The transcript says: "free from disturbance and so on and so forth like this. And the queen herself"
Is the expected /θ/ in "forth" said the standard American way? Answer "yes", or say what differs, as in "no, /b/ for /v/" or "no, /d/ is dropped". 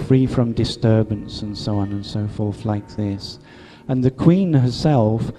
yes